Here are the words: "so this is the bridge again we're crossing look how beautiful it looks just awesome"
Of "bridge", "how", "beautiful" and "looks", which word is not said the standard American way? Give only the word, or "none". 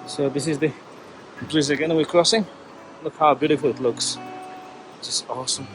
bridge